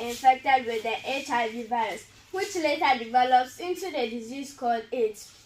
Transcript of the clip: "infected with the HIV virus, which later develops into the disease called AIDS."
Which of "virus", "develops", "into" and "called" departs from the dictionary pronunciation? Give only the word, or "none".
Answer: none